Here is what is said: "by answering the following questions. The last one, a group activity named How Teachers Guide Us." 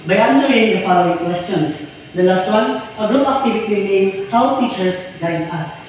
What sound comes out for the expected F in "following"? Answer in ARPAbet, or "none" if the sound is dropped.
F